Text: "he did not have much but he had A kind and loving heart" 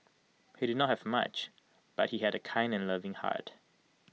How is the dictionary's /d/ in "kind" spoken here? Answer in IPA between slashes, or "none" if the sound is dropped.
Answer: /d/